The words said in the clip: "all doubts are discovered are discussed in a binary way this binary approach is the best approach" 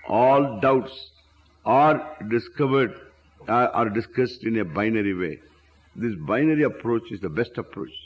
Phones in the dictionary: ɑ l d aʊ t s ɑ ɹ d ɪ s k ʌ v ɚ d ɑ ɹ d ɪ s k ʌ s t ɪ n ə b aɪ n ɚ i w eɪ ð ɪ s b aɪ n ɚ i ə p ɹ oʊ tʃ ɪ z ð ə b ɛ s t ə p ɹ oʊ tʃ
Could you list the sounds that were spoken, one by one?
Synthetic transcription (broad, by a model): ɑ l d aʊ t s ɑ ɹ d ɪ s k ʌ v ɚ d ɑ ɹ d ɪ s k ʌ s t ɪ n ə b aɪ n ɚ i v eɪ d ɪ s b aɪ n ɚ i ə p ɹ oʊ tʃ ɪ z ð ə b ɛ s t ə p ɹ oʊ tʃ